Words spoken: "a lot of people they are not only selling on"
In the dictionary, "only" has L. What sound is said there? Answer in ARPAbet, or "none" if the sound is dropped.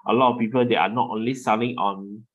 L